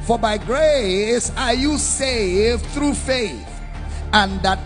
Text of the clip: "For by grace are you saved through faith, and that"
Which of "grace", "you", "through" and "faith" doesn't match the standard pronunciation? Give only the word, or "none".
none